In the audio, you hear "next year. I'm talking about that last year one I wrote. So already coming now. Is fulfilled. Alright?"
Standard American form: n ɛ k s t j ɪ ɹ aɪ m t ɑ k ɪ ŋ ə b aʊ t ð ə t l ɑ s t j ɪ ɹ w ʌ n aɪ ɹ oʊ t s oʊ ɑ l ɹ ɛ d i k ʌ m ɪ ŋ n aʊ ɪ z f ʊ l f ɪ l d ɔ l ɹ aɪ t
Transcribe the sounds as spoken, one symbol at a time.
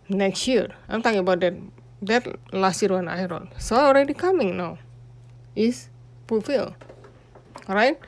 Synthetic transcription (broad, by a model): n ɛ k s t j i ɹ aɪ m t ɑ k ɪ ŋ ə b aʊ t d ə t l ɑ s t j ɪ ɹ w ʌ n aɪ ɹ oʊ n s oʊ ɑ l ɹ ɛ d i k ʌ m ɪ ŋ n aʊ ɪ s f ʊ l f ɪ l ɔ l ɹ aɪ t